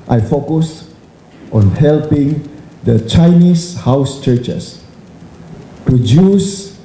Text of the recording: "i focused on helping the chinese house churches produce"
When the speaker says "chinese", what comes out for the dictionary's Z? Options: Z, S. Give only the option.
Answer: S